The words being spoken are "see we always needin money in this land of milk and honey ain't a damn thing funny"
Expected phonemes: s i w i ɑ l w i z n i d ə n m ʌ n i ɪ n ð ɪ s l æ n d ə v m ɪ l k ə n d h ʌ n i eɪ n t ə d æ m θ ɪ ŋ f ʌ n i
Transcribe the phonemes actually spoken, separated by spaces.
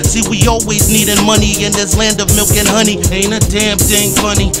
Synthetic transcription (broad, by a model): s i w i ɑ l w i z n i d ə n m ʌ n i ɪ n ð ɪ s l æ n d ə v m ɪ l k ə n h ʌ n i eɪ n ə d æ m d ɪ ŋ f ʌ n i